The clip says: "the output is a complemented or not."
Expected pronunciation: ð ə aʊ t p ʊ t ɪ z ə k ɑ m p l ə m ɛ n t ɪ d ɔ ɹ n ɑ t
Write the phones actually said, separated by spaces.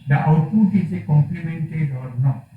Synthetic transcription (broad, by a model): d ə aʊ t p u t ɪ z ə k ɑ m p l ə m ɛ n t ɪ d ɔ l n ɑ